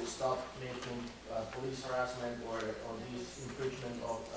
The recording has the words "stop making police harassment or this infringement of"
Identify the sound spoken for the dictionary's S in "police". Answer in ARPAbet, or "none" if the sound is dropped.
S